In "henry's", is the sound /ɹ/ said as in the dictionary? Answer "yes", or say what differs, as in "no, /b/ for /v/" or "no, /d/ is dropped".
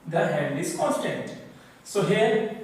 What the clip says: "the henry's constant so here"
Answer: no, /ɹ/ is dropped